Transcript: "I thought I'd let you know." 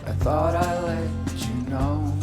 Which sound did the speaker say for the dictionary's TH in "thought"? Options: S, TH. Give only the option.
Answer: TH